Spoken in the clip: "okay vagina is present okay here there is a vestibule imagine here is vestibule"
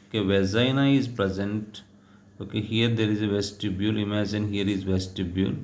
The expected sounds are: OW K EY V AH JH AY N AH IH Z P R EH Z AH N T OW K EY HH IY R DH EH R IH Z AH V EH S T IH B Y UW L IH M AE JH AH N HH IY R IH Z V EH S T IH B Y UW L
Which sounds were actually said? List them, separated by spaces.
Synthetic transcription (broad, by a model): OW K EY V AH Z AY N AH IH Z P R EH Z AH N T OW K EY HH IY R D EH R IH Z AH V EH S T IH B Y UW L IH M AE JH AH N HH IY R IH Z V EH S T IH B Y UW L